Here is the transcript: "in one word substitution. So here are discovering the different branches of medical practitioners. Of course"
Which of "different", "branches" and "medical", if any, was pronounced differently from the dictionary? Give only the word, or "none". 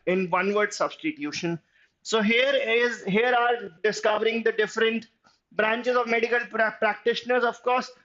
none